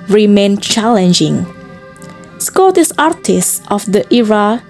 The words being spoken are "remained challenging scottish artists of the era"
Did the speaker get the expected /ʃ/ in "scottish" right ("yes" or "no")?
no